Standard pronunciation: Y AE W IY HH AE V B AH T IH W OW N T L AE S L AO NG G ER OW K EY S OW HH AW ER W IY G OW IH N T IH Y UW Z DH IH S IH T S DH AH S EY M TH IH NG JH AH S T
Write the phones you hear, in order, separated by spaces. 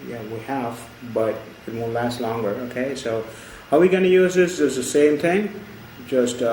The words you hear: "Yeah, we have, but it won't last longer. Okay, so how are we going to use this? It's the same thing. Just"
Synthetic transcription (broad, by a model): Y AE W IY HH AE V B AH T IH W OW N L AE S L AO NG G ER OW K EY S OW HH AW W IY G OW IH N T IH Y UW Z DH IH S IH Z DH AH S EY M TH IH NG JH AH S T